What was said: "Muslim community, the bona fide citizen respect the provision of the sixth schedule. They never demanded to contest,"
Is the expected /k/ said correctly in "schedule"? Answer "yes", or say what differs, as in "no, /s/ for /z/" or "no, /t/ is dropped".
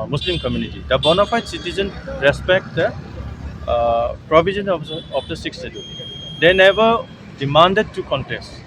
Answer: no, /k/ is dropped